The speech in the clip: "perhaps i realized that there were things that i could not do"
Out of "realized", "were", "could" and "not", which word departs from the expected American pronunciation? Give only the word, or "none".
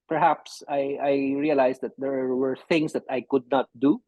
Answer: realized